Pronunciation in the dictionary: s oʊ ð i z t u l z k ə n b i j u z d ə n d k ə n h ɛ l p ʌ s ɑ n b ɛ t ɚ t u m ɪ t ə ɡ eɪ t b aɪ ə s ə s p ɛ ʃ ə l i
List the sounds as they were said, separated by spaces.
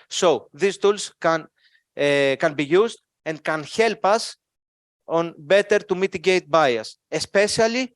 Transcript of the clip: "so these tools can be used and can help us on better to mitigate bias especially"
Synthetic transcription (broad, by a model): s oʊ ð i s t u l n k ə n b i j u z d ə n d k ə n h ɛ l p ʌ s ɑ n b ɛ t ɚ t u m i t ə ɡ eɪ t b aɪ ə s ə s p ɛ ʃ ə l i